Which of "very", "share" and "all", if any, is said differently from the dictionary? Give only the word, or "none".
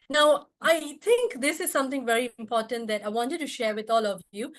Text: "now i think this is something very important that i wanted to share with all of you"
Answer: none